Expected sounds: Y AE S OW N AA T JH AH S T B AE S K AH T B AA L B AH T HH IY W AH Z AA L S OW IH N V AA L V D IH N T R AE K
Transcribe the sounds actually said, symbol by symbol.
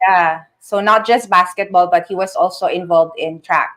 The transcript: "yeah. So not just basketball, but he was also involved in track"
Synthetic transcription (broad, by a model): Y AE S OW N AA T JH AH S T B AE S K AH T B AA L B AH T HH IY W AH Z AA L S OW IH N V AA L V D IH N T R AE K